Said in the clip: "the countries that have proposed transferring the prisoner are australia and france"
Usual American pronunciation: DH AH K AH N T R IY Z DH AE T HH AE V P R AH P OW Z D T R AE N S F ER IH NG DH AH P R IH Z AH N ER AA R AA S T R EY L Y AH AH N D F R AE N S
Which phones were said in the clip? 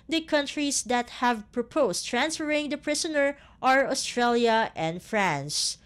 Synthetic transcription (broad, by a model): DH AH K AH N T R IY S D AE T HH AE V P R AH P OW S T R AE N S F ER IH NG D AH P R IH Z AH N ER AA R AA S T R EY L Y AH AH N D F R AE N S